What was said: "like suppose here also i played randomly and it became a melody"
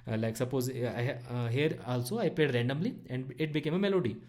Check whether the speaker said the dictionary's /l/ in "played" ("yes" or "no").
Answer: no